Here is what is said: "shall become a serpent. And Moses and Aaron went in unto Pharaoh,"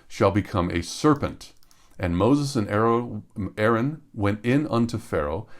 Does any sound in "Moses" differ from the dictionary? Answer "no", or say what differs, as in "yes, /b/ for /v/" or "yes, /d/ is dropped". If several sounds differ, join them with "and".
no